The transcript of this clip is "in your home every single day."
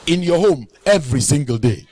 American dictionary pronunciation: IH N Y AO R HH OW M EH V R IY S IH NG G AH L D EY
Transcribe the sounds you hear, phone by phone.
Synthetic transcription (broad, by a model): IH N Y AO HH OW M EH V R IY S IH NG G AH L D EY